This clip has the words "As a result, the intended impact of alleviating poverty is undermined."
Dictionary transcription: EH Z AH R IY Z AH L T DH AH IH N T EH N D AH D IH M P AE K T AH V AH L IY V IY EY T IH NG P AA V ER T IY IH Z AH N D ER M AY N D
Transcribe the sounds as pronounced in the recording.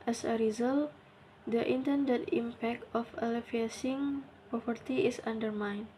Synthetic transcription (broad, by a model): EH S AH R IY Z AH L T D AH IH N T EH N D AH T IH M P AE K T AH F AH L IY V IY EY S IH NG P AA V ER T IY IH S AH N D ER M AY N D